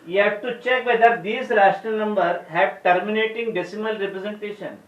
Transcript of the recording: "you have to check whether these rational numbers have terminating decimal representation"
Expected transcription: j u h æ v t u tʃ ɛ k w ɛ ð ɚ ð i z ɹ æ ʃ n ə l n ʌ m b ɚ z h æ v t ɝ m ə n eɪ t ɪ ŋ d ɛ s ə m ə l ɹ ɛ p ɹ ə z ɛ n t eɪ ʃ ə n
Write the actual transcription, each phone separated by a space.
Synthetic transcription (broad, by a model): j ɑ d t u tʃ ɛ k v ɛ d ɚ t i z ɹ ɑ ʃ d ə n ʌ m b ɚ h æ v t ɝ m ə n eɪ t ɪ ŋ d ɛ s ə m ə l ɹ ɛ p ɹ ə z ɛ n t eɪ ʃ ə n